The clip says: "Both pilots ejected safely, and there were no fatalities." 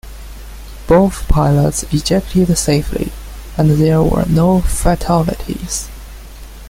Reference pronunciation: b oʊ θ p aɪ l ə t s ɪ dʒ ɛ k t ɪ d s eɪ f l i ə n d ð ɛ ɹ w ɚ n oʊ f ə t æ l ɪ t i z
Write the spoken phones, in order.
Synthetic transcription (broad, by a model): b oʊ θ p aɪ l ə t s ɪ dʒ ɛ k t ɪ d s eɪ f l i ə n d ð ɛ ɹ w ɚ n oʊ f ə t æ l ɪ t i z